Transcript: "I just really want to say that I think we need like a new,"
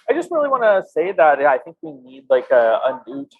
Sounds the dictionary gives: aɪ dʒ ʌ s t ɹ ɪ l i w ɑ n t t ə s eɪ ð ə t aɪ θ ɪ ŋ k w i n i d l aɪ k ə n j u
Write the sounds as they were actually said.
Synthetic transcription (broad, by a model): aɪ dʒ ʌ s t ɹ ɪ l i w ɑ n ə s eɪ ð ə t aɪ θ ɪ ŋ k w i n i d l aɪ k ə n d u